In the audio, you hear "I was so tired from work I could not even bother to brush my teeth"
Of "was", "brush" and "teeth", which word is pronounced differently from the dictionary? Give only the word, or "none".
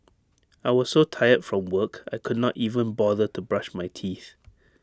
none